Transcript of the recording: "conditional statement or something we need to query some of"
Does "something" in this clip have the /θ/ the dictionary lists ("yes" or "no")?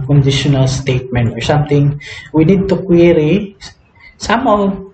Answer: no